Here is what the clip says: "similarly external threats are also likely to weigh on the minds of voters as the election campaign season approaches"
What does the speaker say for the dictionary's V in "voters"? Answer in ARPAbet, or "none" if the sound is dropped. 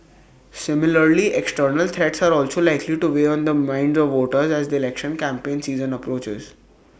V